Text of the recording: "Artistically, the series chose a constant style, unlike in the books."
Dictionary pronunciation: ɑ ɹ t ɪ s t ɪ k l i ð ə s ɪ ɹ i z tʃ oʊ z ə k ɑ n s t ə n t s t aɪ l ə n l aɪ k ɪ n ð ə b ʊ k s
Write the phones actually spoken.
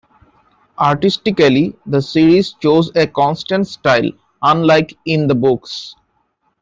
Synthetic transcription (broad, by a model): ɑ ɹ t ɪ s t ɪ k l i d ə s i ɹ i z tʃ oʊ z ə k ɑ n s t ə n t s t aɪ l ə n l aɪ k ɪ n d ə b ʊ k s